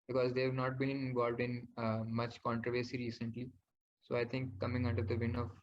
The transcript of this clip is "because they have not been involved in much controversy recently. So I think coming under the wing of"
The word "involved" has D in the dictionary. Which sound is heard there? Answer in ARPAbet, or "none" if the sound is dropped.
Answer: D